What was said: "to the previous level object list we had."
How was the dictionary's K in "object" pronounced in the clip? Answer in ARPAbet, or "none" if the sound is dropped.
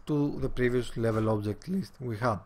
K